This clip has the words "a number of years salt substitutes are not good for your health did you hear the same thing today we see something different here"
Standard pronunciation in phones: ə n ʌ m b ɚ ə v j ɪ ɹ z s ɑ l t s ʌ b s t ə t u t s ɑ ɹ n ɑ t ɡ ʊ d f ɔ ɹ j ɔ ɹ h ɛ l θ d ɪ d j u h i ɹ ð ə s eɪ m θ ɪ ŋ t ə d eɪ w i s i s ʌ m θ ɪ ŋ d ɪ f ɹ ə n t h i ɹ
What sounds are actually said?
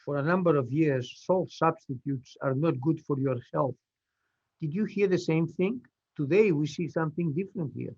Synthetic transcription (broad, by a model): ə n ʌ m b ɚ ə v j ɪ ɹ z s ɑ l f s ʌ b s t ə t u t s ɑ ɹ n ɑ t ɡ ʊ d f ɔ ɹ j ɔ ɹ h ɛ l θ d ɪ d j u h i ɹ ð ə s eɪ m θ ɪ ŋ t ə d eɪ w i s i s ʌ m θ ɪ ŋ d ɪ f ɹ ə n t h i ɹ